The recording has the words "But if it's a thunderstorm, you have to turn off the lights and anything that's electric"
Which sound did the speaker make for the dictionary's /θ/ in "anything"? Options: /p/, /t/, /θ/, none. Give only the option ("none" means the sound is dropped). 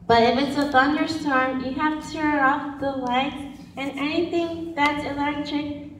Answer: /θ/